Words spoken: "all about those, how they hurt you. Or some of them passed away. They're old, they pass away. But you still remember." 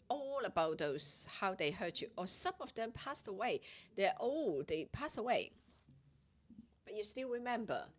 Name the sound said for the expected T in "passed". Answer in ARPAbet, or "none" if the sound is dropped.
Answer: T